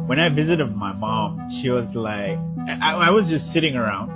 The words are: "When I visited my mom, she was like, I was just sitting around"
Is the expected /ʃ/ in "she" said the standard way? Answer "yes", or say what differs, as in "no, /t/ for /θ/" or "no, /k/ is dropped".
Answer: yes